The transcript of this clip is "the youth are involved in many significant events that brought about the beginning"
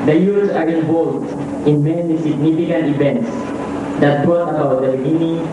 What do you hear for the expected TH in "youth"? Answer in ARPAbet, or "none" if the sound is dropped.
S